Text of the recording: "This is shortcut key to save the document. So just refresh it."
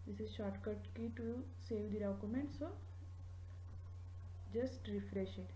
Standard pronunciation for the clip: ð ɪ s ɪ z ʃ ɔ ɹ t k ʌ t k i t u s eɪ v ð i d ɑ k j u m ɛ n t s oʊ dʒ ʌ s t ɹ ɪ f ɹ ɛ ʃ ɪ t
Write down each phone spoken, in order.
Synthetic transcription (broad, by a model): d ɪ s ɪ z ʃ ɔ ɹ t k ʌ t k i t u s eɪ v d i d ɑ k j u m ɛ n t s oʊ dʒ ʌ s t ɹ ɪ f ɹ ɛ ʃ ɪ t